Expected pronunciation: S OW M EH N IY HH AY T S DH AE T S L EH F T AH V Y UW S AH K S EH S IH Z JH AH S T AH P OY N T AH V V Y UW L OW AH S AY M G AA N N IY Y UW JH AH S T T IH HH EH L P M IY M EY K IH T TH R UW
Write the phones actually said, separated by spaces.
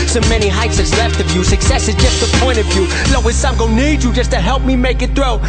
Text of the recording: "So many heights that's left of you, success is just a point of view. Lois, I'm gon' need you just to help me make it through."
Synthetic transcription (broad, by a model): S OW M EH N IY HH AY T S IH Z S L EH F T AH V Y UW S AH K S EH S IH Z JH AH S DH AH P OY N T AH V V Y UW L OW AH S AY M G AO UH N IY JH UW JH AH S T T IH HH EH L P M IY M EY K IH T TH R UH